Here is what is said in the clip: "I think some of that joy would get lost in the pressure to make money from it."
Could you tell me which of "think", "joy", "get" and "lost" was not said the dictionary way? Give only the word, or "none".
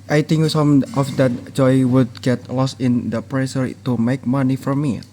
think